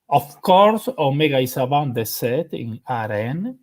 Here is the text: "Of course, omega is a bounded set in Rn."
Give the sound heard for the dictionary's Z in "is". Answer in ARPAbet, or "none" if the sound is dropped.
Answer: S